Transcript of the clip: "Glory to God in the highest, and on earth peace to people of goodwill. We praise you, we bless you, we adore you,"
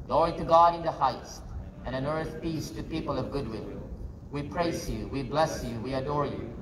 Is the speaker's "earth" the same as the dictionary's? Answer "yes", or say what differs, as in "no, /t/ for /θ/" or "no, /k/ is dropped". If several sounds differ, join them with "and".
yes